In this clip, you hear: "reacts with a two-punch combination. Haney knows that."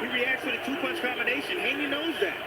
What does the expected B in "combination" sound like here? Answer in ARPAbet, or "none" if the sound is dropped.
none